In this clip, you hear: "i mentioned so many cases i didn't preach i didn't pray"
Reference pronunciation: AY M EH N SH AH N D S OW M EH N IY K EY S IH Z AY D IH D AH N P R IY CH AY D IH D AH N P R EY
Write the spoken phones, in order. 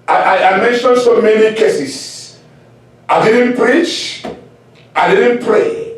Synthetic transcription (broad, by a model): AY M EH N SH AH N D S OW M EH N IY K EY S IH S AY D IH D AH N P R IY CH AY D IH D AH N P R EY